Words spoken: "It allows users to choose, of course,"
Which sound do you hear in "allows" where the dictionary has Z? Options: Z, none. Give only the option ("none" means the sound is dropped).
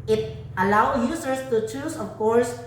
none